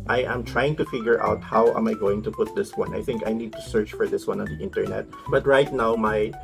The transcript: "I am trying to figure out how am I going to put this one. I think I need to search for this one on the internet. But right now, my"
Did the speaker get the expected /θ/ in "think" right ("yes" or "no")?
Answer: yes